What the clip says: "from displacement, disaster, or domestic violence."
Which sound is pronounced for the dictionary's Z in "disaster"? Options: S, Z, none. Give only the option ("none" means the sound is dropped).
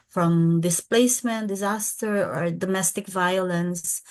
Z